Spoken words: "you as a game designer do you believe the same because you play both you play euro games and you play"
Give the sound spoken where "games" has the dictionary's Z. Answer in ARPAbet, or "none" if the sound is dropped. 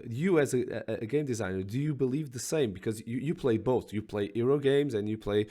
Z